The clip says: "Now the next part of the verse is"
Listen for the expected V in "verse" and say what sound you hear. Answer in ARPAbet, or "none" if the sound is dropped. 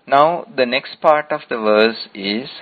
V